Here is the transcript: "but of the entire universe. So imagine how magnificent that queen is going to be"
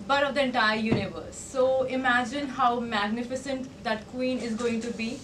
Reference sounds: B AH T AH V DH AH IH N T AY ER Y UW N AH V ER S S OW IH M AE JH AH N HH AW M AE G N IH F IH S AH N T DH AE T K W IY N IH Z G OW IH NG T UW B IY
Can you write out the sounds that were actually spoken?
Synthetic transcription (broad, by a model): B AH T AH V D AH IH N T AY ER Y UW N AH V ER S S OW IH M AE JH AH N HH AW M AE G N IH F IH S AH N T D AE T K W IY N IH Z G OW IH NG T UW B IY